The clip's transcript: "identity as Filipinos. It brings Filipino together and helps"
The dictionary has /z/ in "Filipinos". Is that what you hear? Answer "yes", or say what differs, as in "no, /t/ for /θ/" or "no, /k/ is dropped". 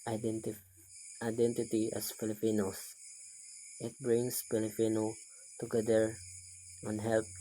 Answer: no, /s/ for /z/